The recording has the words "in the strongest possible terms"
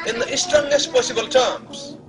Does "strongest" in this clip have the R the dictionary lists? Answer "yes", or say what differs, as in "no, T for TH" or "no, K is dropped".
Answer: no, R is dropped